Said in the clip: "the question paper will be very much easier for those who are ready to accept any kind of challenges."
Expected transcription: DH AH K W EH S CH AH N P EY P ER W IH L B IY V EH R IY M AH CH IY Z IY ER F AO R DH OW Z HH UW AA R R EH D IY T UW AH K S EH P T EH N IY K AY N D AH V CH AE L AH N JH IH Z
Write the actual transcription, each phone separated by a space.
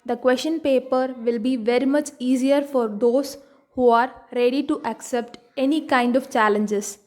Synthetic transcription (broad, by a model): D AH K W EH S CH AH N P EY P ER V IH L B IY V EH R IY M AH CH IY Z IY ER F AO R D OW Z HH UW AA R R EH D IY T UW AH K S EH P T EH N IY K AY N D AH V CH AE L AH N JH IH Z